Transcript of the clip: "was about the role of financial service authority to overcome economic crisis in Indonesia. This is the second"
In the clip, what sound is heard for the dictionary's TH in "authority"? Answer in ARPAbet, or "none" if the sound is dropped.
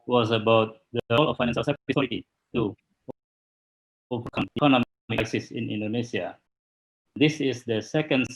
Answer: S